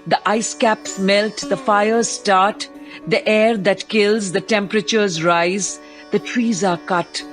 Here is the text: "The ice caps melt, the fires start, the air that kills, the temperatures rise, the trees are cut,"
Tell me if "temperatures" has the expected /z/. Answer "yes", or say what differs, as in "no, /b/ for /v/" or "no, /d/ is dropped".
yes